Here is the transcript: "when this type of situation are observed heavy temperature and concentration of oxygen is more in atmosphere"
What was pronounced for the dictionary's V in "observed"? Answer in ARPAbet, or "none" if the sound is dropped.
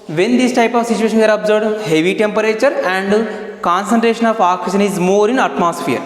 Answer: none